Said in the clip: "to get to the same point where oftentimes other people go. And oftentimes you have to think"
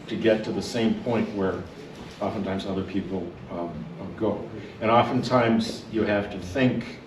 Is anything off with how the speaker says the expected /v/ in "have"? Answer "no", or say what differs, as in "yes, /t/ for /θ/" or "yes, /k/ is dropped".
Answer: yes, /f/ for /v/